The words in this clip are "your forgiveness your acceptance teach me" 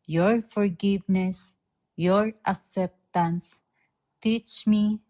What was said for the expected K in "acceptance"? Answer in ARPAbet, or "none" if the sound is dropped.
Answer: K